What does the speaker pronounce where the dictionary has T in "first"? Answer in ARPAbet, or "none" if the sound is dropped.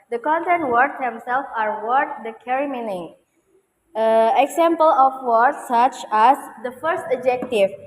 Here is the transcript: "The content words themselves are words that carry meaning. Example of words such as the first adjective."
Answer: T